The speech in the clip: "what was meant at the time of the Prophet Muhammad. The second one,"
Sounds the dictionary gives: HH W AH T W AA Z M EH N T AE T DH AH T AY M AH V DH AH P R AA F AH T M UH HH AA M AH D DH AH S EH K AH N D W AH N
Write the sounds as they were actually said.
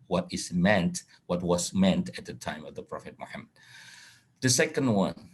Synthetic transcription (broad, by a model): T W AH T W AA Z M EH N T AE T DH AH T AY M AH V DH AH P R AA F AH T M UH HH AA M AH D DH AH S EH K AH N D W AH N